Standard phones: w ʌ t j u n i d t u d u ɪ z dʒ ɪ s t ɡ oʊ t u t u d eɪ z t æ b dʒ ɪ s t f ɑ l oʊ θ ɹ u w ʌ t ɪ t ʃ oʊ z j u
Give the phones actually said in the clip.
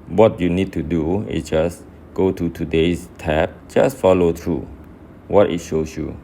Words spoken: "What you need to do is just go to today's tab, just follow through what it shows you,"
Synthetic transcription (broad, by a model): w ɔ t j u n i d t u d u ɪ s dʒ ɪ s ɡ oʊ t u t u d eɪ s t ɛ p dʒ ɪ s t f ɑ l oʊ t ɹ u w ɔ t ɪ t ʃ oʊ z j u